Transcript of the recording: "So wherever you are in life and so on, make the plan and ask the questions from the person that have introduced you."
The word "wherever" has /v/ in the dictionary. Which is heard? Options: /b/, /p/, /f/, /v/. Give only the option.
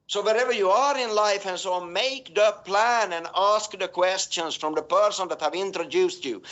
/v/